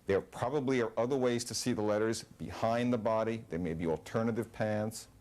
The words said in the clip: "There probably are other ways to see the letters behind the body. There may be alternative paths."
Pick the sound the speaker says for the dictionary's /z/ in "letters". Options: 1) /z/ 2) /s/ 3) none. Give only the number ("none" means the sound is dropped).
1